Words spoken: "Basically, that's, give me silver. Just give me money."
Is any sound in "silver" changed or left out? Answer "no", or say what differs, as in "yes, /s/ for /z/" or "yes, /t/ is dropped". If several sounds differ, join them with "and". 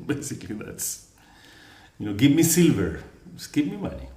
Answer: no